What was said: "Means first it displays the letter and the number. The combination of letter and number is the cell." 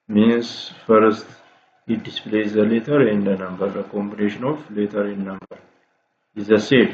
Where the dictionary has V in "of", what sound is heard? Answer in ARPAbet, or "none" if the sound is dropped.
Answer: F